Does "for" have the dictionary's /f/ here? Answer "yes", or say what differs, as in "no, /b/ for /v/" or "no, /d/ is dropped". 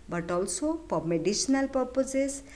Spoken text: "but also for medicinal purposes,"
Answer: no, /p/ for /f/